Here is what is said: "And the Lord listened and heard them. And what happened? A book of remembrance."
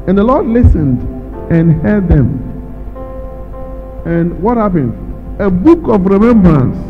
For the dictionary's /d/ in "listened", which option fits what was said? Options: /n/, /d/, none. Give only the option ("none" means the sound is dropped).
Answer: /d/